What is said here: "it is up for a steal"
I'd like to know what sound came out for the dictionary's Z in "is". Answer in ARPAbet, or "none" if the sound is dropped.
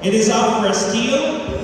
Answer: Z